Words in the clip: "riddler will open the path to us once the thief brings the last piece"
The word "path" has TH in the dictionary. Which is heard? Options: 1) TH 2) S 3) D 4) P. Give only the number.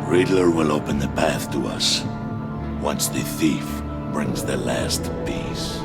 1